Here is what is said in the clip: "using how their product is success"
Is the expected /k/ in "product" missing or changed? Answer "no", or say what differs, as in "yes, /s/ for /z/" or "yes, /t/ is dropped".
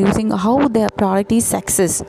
yes, /k/ is dropped